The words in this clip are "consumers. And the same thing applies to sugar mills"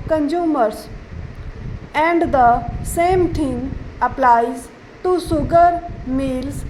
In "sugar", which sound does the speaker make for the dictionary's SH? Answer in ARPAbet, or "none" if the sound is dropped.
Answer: S